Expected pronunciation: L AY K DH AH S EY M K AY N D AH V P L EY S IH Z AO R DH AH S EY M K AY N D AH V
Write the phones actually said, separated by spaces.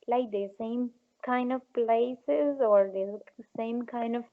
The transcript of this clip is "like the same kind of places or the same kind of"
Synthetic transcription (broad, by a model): L AY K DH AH S EY M K AY N D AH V P L EY S IH Z AO R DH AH S EY M K AY N D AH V